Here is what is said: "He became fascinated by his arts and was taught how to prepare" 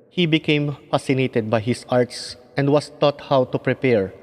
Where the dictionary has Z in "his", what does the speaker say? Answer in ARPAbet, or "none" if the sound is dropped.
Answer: S